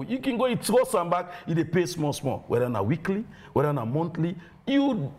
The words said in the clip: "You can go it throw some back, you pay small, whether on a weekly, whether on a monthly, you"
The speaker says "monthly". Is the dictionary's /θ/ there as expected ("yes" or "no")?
no